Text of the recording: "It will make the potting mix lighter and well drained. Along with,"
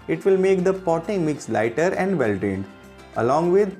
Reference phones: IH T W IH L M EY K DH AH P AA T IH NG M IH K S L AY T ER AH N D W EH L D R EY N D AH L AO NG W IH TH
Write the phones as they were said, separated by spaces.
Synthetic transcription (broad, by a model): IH T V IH L M EY K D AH P AA T IH NG M IH K S L AY T ER AH N D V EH L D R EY N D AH L AO NG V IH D